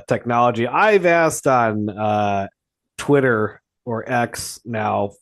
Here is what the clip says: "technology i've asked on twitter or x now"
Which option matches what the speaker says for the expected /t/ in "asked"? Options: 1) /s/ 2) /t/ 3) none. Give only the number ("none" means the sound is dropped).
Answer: 2